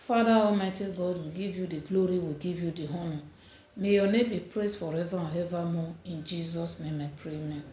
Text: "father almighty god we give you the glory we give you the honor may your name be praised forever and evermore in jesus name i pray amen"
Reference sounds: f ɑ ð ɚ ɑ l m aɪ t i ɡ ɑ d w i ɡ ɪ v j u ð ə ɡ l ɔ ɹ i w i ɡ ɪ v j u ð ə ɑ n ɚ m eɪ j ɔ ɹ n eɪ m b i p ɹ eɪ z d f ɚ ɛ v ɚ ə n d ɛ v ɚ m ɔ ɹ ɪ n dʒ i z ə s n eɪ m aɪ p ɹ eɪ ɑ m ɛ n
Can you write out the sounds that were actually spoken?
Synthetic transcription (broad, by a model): f ɑ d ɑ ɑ m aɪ t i ɡ ɑ d w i ɡ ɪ v j u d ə ɡ l ɔ ɹ i w i ɡ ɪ v j u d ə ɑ n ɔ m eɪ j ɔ n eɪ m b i p ɹ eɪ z f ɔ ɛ v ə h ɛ v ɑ m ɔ ɪ n dʒ i z ə s n eɪ m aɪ p ɹ eɪ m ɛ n